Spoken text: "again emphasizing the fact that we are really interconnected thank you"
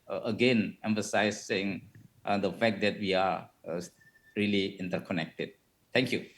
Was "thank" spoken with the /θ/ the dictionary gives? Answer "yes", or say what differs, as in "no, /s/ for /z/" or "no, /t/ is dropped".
no, /t/ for /θ/